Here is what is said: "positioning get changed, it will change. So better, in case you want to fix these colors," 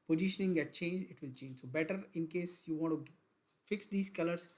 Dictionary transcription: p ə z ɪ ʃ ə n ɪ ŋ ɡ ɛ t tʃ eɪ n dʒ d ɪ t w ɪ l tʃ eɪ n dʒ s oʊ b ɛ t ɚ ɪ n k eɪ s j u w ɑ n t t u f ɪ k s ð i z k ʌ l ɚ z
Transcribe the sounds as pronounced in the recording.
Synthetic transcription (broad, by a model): p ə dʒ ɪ ʃ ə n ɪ ŋ ɡ ɛ t tʃ eɪ n dʒ ɪ t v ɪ l tʃ eɪ n dʒ s oʊ b ɛ t ɚ ɪ n k eɪ s j u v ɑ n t t u f ɪ k s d i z k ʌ l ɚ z